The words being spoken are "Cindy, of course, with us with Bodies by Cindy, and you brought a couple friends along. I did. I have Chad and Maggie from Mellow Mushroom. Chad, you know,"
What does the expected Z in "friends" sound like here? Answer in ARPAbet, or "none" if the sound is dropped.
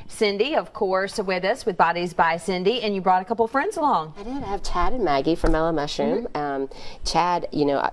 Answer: Z